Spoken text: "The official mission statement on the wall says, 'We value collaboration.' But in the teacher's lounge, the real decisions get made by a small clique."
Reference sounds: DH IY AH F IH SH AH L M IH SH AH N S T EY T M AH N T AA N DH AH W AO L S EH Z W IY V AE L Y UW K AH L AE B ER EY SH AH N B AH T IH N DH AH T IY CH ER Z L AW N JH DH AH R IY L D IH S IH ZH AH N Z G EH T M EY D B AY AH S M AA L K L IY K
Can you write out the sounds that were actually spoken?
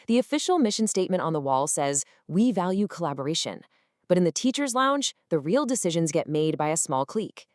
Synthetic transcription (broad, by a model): DH IY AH F IH SH L M IH SH AH N S T EY T M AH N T N DH AH W AO L S EH Z W IY V AE L Y UW K AH L AE B ER EY SH AH N B AH T IH N DH AH T IY CH ER Z L AW N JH DH AH R IY L D IH S IH ZH AH N Z G EH T M EY D B AY AH S M AA L K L IY K